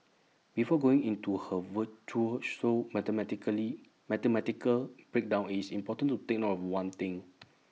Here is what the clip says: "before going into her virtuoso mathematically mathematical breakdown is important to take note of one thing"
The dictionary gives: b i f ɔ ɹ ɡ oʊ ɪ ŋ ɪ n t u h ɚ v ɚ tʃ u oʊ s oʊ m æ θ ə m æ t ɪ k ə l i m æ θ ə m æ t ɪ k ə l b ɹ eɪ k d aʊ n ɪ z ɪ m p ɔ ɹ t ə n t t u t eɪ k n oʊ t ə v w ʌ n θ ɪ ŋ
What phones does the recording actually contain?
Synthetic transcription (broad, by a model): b i f ɔ ɡ oʊ ɪ ŋ ɪ n t u h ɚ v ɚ tʃ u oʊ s oʊ m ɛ t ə m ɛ t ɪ k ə l i m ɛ t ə m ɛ t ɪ k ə l b ɹ eɪ k d aʊ n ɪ s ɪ m p ɔ t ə n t t u t eɪ k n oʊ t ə f w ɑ n t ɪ ŋ